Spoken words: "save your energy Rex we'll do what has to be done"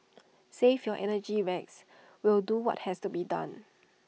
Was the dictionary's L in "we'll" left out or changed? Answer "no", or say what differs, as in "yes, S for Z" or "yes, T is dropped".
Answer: no